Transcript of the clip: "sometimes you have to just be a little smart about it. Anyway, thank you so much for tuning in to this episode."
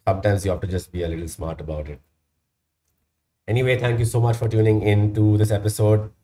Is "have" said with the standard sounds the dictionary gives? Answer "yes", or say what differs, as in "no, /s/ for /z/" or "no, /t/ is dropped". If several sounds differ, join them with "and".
no, /f/ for /v/